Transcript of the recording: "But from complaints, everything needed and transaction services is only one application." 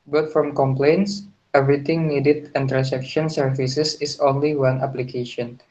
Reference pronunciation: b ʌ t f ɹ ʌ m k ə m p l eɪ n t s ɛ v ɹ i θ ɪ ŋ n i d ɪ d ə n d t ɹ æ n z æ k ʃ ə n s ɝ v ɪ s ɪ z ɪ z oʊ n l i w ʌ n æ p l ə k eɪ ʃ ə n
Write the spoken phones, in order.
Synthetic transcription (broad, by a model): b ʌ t f ɹ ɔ m k ə m p l eɪ n t s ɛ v ɹ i t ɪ ŋ n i d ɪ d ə n t ɹ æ n s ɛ k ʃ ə n s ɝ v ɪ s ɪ s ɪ s oʊ n l i w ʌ n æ p l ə k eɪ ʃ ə n